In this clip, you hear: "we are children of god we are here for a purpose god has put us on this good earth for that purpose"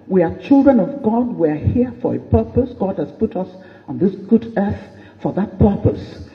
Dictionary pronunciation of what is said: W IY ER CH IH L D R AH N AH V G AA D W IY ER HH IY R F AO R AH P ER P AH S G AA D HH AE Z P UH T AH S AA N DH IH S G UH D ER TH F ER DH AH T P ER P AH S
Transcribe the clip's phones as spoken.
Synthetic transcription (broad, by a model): W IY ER CH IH L D R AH N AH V G AA D W IY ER HH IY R F AO R AH P ER P AH S G AA D HH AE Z P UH T AH S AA N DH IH S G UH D ER TH F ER DH AH T P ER P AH S